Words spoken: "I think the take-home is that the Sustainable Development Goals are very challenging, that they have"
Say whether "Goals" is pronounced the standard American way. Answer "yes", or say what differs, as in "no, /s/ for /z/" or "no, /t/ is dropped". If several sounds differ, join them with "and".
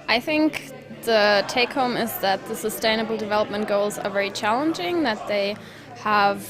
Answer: yes